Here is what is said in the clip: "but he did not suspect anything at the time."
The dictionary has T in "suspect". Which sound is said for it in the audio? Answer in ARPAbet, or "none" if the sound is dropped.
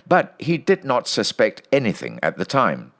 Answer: T